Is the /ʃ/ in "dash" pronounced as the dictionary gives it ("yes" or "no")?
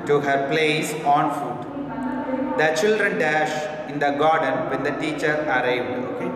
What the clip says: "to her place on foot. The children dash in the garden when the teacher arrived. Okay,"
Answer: yes